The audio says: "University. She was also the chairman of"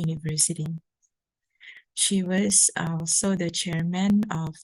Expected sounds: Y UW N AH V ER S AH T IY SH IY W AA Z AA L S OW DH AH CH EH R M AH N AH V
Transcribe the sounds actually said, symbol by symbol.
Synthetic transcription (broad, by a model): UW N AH V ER S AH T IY SH IY W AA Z AA L S OW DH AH CH EH R M AH N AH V